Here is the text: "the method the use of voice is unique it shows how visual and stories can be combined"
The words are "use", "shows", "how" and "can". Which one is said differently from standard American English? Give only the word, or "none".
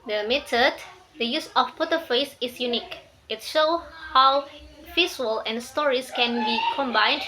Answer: shows